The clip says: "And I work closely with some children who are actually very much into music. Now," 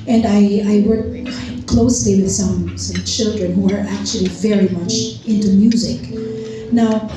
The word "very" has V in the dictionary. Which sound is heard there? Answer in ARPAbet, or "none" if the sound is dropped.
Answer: V